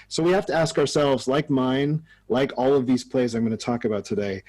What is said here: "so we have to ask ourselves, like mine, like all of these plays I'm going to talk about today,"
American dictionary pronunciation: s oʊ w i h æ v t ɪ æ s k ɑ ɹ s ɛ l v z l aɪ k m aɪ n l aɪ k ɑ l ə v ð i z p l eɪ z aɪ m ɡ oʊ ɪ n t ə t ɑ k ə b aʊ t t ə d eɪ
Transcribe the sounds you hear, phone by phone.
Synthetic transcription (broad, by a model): s oʊ w i h æ f t ɪ æ s k ɑ ɹ s ɛ l v z l aɪ k m aɪ n l aɪ k ɑ l ə v ð i z p l eɪ z aɪ m ɡ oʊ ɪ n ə t ɑ k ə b aʊ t t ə d eɪ